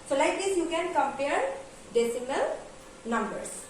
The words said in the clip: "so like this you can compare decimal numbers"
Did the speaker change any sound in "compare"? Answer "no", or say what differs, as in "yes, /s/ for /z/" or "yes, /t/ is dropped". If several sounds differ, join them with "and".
no